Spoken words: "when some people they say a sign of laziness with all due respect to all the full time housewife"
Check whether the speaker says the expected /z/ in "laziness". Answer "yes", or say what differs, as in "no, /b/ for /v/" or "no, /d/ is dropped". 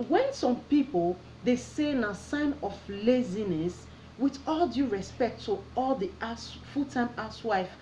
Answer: yes